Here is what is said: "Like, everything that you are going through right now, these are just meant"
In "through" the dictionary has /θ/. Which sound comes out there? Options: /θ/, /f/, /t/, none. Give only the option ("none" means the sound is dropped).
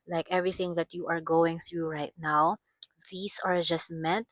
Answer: /θ/